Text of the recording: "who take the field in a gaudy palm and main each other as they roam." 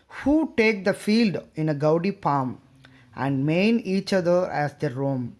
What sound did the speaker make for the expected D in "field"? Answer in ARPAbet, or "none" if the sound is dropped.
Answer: D